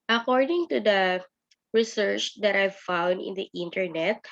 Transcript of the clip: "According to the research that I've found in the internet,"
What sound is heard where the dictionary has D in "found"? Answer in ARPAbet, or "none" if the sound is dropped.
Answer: D